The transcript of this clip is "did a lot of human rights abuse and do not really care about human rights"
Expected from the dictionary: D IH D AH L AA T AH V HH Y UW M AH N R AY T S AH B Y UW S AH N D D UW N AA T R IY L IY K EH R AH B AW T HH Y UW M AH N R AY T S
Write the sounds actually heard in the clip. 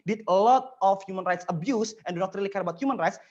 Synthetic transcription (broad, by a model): D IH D AH L AA T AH F HH Y UW M AH N R AY T S AH B Y UW S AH N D D UW N AA T R IY L IY K EH R AH B AW T HH Y UW M AH N R AY T S